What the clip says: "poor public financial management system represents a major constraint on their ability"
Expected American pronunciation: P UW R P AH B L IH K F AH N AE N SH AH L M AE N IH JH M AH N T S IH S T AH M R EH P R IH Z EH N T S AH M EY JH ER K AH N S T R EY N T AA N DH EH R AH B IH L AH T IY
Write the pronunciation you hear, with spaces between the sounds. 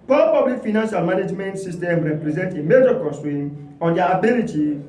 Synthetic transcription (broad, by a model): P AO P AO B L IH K F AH N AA N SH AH L M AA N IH JH M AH N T S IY S T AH M R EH P R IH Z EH N T AH M EY JH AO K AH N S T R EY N AA N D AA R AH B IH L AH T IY